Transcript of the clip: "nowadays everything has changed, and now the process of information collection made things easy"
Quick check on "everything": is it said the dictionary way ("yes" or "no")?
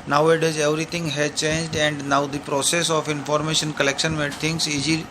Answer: no